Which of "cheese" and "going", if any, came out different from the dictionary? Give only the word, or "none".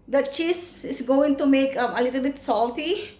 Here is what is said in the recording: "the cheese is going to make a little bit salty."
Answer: cheese